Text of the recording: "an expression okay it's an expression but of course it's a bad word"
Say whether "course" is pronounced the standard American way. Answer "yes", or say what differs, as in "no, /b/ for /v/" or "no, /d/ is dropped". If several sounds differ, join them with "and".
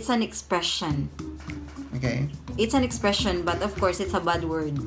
yes